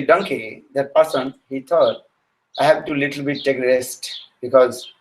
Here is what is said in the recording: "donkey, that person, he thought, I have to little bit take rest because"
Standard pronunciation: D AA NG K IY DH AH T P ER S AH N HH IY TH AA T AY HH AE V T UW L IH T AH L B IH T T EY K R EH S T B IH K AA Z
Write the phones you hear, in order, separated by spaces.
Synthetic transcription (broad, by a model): D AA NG K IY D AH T P ER S AH N HH IY T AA T AY HH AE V T UW L IH T AH L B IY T T EY K R EH S T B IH K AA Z